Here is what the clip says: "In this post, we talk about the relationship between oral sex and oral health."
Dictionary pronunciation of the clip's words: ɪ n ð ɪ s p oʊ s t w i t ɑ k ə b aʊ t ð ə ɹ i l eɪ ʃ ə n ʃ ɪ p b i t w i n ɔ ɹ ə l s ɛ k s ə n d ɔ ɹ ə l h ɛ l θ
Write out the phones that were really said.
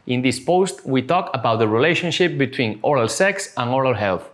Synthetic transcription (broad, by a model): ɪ n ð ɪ s p oʊ s t w i t ɑ k ə b aʊ t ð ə ɹ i l eɪ ʃ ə n ʃ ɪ p b i t w i n ɔ ɹ ə l s ɛ k s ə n ɔ ɹ ə l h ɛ l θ